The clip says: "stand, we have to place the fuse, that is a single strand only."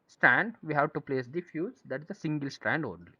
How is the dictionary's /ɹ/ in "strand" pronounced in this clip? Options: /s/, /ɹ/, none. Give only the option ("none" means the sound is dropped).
/ɹ/